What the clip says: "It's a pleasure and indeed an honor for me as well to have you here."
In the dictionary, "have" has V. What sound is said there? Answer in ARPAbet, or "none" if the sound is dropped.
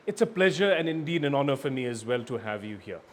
V